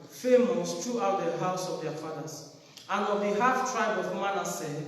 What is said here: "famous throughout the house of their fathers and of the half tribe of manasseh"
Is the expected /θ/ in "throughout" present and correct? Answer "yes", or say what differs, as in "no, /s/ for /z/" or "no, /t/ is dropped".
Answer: no, /t/ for /θ/